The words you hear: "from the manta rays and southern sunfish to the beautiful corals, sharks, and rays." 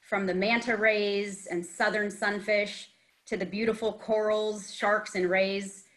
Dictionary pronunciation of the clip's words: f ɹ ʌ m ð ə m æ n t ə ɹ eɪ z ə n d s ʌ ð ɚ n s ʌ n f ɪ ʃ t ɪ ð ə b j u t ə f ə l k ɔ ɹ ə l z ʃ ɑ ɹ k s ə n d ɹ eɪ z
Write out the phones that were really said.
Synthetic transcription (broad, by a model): f ɹ ʌ m ð ə m æ n t ə ɹ eɪ z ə n s ʌ ð ɚ n s ʌ n f ɪ ʃ t ɪ ð ə b j u t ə f l k ɔ ɹ l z ʃ ɑ ɹ k s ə n ɹ eɪ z